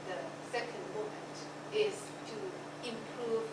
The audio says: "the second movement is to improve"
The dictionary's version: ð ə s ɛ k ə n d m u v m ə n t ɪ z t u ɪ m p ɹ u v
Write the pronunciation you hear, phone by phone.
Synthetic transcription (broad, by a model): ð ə s ɛ k ə n d m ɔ m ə n t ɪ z t u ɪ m p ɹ u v